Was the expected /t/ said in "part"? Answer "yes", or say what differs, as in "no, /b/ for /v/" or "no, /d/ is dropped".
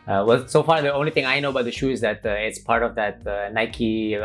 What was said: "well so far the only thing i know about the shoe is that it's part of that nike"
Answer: yes